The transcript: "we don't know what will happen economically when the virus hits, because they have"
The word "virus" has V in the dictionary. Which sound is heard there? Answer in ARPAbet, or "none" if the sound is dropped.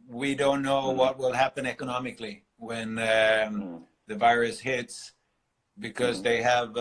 V